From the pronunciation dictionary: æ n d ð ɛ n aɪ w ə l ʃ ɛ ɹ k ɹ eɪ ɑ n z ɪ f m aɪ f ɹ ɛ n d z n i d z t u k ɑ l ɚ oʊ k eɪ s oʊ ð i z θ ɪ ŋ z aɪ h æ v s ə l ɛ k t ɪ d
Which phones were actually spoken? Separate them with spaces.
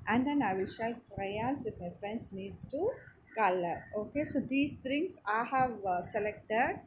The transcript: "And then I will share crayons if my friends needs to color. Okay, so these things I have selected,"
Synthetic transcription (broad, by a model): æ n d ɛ n aɪ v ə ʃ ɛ l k ɹ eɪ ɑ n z ɪ f m aɪ f ɹ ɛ n d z n i d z t u k ɑ l ɚ oʊ k eɪ s oʊ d i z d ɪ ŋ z aɪ h æ v s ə l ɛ k t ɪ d